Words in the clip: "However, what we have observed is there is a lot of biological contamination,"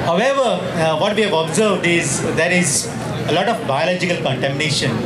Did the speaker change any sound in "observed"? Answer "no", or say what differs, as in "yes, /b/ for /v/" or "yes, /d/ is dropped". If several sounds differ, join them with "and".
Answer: no